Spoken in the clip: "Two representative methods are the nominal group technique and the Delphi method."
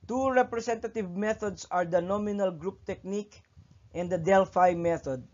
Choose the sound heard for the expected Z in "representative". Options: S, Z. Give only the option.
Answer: S